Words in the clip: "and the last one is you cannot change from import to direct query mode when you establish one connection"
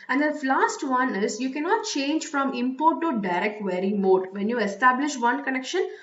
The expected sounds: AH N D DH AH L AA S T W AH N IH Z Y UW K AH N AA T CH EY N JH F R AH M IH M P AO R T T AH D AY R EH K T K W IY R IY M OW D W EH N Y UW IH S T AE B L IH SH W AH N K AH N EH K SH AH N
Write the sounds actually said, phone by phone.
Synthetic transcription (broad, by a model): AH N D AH L AA S T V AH N IH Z Y UW K AH N AA T CH EY N JH F R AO M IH M P AO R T T AH D AY R EH K T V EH R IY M OW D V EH N Y UW IH S T AE B L IH SH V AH N K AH N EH K SH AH N